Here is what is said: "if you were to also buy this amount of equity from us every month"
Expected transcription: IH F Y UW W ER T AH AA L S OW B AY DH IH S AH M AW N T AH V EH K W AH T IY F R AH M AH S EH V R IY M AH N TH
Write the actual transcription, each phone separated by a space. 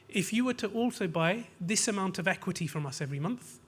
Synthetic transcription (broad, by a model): IH F Y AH W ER T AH AA L S OW B AY DH IH S AH M AW N T AH V EH K W AH T IY F R AH M AH S EH V R IY M AH N TH